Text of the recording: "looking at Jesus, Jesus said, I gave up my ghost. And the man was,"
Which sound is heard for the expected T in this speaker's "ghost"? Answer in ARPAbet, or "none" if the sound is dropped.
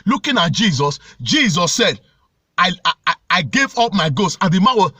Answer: none